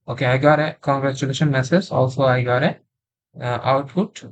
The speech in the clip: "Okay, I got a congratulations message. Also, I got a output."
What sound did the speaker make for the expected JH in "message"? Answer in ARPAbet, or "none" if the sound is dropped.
Z